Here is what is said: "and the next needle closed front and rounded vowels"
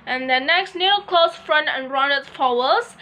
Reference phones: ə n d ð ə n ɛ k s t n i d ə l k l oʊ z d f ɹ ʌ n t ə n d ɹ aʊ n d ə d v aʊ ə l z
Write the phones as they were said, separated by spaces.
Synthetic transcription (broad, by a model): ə n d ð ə n ɛ k s t n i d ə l k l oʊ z f ɹ ʌ n t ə n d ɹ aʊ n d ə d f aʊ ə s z